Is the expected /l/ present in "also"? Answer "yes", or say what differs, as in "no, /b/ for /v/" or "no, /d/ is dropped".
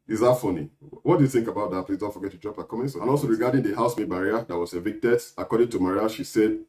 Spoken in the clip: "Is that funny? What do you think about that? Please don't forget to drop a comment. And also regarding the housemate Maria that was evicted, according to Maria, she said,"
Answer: yes